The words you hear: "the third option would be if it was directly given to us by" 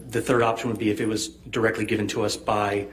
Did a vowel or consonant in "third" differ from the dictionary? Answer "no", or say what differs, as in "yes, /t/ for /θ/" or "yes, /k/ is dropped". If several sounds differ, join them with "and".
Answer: no